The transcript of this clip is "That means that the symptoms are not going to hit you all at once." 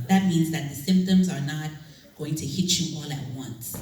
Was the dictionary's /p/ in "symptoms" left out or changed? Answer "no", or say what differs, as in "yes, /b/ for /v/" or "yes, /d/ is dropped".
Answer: no